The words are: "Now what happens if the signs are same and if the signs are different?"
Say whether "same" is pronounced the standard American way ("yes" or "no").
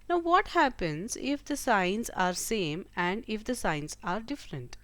yes